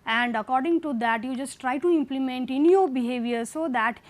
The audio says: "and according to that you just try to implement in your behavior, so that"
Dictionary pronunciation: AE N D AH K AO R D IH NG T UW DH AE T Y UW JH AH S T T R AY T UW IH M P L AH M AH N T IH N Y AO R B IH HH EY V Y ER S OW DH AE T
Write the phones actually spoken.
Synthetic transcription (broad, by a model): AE N D AH K AO R D IH NG T UW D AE T Y UW JH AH S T T R AY T UW IH M P L AH M AH N T IH N Y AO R B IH HH EY V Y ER S OW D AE T